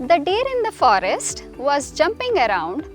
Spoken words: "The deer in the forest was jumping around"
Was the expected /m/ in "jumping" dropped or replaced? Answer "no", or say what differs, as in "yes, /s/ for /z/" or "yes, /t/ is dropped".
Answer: no